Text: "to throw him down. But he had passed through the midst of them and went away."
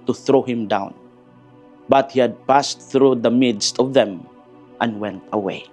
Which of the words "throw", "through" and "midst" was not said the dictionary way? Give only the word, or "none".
none